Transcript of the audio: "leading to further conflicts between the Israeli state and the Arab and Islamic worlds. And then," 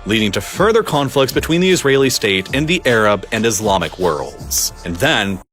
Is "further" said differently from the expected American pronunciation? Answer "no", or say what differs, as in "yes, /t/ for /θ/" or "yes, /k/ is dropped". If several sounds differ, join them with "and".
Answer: no